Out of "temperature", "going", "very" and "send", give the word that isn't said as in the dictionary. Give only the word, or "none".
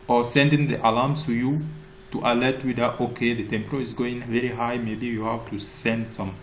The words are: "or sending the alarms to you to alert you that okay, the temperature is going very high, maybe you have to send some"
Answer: temperature